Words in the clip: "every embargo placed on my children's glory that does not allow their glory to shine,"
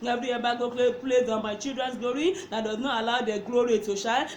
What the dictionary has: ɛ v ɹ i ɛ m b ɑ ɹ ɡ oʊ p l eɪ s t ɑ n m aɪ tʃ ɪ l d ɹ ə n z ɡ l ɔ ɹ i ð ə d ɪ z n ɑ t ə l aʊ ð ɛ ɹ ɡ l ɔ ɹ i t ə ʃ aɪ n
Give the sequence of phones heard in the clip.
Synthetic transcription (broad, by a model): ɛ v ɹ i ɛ b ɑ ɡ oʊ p l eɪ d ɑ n m aɪ tʃ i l d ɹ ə n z ɡ l ɔ ɹ i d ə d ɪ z n ɑ t ə l aʊ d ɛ ɡ l ɔ ɹ i t ə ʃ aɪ